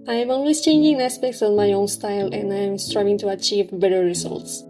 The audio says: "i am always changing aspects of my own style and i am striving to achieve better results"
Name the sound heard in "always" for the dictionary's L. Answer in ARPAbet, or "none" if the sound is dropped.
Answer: N